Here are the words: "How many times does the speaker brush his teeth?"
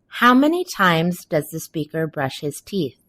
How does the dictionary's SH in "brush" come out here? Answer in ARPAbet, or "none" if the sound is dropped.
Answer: SH